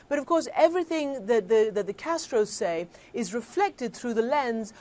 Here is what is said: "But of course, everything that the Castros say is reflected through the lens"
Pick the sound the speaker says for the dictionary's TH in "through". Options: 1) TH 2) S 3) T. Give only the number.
1